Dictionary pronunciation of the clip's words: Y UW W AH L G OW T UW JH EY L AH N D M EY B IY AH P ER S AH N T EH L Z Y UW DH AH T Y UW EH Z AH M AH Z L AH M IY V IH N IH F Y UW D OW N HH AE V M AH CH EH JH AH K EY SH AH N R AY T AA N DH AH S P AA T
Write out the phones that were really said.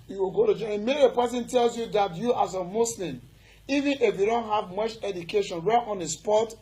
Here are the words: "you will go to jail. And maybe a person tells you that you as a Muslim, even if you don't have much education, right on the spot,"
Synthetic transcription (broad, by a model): Y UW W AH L G OW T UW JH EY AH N M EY IY P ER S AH N T EH L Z Y UW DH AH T Y UW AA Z AH M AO S L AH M IY V IH N IH F Y UW D OW N HH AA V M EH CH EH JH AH K EY SH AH N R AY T AA N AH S P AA T